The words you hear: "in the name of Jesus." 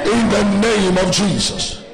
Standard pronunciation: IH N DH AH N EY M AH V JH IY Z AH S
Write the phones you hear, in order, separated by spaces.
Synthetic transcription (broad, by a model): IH N DH AH N EY M AH V JH IY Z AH S